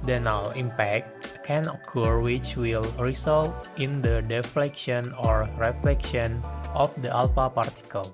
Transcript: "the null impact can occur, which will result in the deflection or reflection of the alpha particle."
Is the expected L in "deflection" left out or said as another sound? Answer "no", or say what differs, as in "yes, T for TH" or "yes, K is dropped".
no